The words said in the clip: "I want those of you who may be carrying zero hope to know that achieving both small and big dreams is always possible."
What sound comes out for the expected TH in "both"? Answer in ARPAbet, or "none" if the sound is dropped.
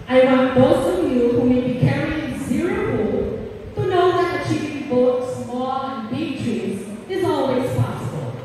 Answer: T